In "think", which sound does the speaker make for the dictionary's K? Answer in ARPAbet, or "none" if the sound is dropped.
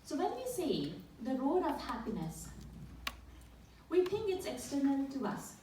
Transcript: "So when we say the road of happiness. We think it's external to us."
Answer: none